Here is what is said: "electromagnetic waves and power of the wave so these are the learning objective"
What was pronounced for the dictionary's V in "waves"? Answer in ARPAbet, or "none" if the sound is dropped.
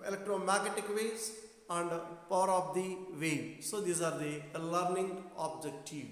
none